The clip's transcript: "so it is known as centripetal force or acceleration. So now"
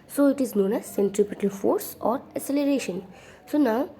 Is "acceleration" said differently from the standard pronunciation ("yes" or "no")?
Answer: yes